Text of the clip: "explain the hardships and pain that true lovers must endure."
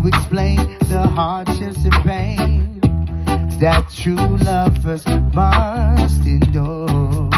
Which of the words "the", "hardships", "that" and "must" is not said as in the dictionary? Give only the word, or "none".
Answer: hardships